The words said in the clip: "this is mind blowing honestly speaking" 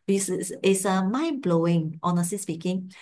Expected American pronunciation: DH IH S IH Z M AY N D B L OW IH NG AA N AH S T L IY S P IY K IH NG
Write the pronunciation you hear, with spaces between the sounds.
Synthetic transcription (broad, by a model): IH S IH S M AY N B L OW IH NG AA N AH S T L IY S P IY K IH NG